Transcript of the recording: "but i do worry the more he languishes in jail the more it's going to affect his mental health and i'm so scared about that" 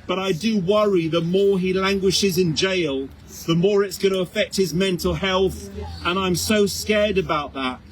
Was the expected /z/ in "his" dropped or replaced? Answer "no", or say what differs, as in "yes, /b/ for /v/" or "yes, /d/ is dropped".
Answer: no